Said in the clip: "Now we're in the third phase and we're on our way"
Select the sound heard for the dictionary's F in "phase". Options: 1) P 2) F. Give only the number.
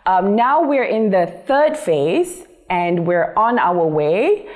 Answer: 2